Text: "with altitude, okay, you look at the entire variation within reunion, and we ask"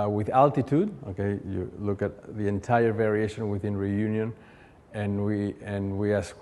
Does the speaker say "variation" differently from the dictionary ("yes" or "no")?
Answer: no